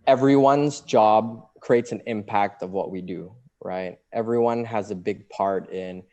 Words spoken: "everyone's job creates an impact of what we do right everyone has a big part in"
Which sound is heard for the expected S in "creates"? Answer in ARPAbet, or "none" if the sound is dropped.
S